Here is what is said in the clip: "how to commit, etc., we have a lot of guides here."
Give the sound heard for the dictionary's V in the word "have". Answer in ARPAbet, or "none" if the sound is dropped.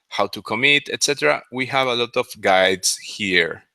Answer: V